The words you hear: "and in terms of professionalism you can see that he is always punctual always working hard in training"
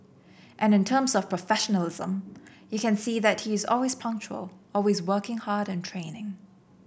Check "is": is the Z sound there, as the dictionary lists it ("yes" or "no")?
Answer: yes